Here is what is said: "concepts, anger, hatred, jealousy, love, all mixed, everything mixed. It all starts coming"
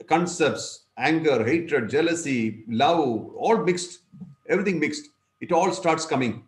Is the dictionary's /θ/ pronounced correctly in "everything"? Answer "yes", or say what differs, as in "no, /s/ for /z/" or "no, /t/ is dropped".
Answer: no, /t/ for /θ/